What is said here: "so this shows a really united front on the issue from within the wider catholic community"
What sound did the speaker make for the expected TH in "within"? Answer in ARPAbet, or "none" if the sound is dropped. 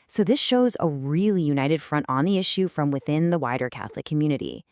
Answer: TH